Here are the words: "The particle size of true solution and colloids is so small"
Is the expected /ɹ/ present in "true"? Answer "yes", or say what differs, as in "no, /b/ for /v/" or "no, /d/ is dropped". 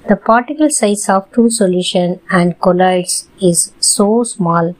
no, /ɹ/ is dropped